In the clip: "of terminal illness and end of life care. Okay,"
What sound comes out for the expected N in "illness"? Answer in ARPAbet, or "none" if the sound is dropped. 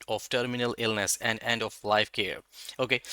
N